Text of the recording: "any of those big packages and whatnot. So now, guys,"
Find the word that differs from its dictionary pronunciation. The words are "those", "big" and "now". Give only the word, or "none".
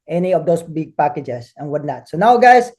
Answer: those